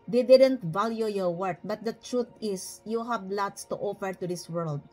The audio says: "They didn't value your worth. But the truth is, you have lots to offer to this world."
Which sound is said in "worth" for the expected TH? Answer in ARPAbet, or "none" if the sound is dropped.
T